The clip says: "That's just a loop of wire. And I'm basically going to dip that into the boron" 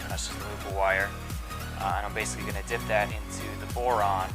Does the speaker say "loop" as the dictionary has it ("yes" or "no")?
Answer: no